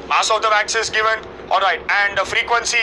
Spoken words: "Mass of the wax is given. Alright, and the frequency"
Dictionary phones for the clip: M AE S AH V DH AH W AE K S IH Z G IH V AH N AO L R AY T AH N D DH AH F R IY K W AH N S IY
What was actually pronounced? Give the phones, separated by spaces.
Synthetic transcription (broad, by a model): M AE S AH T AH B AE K S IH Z G IH V AH N AO L R AY T AH N D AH F R IY K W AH N S IY